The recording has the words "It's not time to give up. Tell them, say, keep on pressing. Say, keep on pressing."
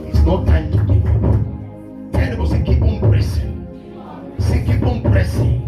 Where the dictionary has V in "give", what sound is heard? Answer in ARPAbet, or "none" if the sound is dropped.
none